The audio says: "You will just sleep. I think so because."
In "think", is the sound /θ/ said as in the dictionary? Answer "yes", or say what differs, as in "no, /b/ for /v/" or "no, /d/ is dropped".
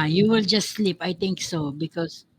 no, /t/ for /θ/